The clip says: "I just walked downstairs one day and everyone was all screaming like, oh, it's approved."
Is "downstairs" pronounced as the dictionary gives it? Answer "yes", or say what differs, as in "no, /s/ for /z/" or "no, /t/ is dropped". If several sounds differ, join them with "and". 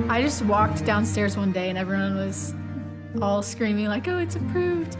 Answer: yes